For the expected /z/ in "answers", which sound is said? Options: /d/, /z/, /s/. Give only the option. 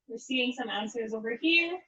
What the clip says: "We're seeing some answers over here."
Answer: /z/